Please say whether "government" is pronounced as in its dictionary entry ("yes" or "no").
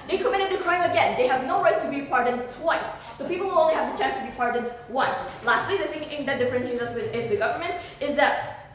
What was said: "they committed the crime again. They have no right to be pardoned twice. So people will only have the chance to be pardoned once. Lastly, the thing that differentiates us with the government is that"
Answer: yes